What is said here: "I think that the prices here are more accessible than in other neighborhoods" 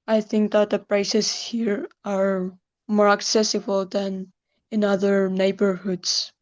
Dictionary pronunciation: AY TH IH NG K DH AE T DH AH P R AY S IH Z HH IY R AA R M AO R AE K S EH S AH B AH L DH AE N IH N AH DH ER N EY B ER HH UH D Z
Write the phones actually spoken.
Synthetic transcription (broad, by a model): AY TH IH NG K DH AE T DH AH P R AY S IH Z HH IY R AA R M AO R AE K S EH S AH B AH L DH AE N IH N AH DH ER N EY B ER HH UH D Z